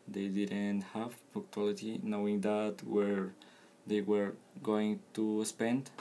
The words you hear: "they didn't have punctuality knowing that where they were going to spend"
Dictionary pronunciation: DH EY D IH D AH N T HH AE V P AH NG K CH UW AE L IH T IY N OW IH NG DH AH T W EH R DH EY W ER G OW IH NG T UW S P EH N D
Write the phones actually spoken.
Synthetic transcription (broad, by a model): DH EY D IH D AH N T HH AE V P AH K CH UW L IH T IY N OW IH NG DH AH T W EH R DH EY W ER G OW IH NG T UW S P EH N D